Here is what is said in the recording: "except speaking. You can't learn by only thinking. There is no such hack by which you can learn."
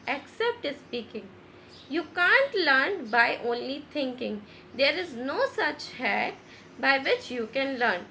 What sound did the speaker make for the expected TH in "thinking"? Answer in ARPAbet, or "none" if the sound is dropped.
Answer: T